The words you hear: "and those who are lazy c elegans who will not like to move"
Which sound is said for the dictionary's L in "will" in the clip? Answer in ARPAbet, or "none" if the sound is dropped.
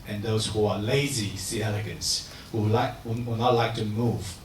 W